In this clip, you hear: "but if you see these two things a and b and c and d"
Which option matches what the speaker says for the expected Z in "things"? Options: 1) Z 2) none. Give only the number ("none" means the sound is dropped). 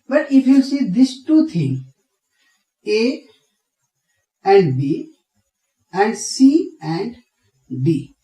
2